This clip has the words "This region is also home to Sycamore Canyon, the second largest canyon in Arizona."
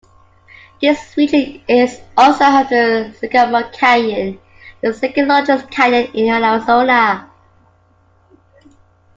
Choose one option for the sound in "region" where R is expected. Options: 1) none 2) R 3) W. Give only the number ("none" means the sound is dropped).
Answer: 3